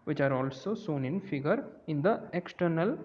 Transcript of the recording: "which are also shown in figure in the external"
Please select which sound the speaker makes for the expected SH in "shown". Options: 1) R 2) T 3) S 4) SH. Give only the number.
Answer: 3